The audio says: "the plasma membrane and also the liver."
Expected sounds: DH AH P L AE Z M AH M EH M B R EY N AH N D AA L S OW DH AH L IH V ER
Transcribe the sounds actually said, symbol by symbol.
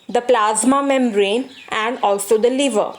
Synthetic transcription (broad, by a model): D AH P L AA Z M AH M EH M R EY N AH N D AA L S OW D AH L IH V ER